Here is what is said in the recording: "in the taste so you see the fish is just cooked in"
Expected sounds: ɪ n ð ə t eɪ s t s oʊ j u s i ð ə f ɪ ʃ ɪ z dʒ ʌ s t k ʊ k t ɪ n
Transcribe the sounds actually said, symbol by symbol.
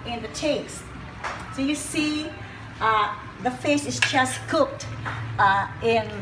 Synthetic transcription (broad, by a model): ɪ n ð ə t eɪ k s s oʊ j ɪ s i ð ə f ɪ s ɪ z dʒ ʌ s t k ʊ k t ɪ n